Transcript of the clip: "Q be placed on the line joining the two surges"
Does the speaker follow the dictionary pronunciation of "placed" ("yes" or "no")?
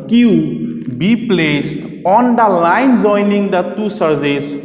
yes